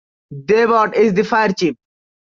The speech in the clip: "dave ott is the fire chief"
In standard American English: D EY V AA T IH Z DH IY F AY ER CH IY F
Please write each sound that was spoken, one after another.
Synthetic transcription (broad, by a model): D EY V AA T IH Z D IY F AY ER CH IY P